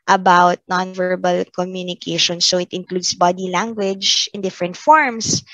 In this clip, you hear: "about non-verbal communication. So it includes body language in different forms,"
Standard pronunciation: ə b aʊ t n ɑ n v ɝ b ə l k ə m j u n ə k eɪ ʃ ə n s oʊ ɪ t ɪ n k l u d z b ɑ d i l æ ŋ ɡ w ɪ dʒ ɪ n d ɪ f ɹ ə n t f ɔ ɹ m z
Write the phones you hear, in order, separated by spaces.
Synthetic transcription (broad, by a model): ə b aʊ t n ɑ n v ɝ b ə l k ə m j u n ə k eɪ ʃ ə n s oʊ ɪ t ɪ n k l u d s b ɑ d i l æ ŋ ɡ w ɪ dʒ ɪ n d ɪ f ɹ ə n t f ɔ ɹ m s